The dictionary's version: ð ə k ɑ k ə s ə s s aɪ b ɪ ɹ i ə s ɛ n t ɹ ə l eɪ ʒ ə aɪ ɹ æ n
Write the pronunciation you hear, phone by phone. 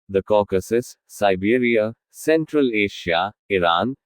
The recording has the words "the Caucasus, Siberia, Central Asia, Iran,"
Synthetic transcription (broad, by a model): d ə k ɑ k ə s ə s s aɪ b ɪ ɹ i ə s ɛ n t ɹ ə l eɪ ʃ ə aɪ ɹ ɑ n